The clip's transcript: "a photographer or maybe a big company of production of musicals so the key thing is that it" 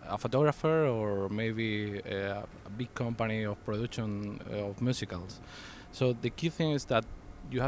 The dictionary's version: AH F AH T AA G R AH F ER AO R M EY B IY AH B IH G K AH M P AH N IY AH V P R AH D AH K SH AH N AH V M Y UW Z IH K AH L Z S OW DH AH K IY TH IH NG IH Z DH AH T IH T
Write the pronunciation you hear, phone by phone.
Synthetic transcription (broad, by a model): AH F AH T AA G R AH F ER AO R M EY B IY AH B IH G K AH M P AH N IY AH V P R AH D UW K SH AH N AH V M Y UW S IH K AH L S OW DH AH K IY TH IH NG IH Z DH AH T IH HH